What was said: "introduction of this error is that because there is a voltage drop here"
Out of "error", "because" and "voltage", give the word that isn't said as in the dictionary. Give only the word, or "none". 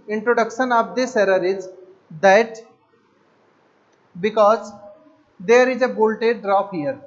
voltage